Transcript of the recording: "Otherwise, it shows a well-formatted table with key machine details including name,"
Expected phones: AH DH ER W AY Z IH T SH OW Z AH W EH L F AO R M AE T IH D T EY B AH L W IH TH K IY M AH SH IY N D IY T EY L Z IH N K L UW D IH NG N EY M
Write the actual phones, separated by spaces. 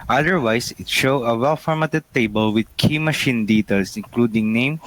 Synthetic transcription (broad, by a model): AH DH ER W AY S IH T SH OW AH W EH L F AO R M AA T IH D T EY B AH L W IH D K IY M AH SH IY N D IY T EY L S IH N K L UW D IH NG N EY M